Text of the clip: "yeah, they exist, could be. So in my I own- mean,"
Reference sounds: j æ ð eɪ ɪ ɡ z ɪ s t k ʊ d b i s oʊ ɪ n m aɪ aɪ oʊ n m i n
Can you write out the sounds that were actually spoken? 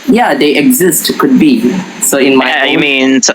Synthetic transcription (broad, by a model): j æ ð eɪ ɪ ɡ z ɪ s t k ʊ d b i s oʊ ɪ n m aɪ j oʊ m i n